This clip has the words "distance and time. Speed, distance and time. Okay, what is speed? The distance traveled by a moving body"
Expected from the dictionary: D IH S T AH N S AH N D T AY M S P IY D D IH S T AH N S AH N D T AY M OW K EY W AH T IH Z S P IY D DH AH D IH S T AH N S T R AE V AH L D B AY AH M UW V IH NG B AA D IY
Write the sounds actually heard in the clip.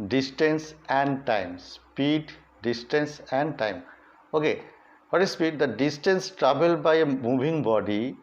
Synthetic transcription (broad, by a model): D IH S T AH N S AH N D T AY M S P IY D D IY S T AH N S AH N D T AY M OW K EY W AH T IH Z S P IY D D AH D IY S T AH N S T R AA B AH L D B AY AH M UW B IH NG B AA D IY